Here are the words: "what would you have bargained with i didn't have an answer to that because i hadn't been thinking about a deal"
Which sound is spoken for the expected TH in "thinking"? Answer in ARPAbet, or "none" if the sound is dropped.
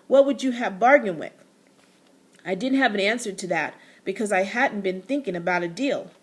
TH